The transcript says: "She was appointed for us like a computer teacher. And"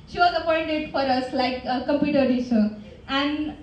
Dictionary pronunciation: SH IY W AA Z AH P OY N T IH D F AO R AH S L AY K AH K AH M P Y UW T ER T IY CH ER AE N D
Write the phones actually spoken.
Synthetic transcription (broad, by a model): SH IY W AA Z AH P OY N T IH D F AO R AH S L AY AH K AH M P Y UW T ER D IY S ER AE N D